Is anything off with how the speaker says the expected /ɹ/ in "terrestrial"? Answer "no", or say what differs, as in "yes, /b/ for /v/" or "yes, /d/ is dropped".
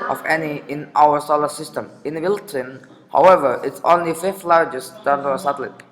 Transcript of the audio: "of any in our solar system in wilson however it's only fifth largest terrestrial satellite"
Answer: yes, /ɹ/ is dropped